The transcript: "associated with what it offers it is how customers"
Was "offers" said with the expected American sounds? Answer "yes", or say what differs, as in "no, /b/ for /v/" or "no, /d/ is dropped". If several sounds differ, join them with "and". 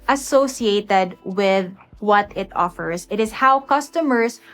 no, /s/ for /z/